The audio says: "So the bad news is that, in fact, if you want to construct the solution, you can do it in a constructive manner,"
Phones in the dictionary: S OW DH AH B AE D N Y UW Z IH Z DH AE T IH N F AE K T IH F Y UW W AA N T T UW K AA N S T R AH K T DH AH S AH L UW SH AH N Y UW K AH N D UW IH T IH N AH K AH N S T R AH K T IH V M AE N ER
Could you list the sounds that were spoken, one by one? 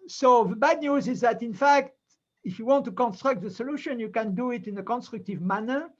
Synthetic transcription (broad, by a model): S OW DH AH B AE D N Y UW Z IH Z DH AE T IH N F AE K T IH F Y UW W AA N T T UW K AA N S T R AH K T DH AH S AH L UW SH AH N Y UW K AH N D UW IH T IH N AH K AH N S T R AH K T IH V M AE N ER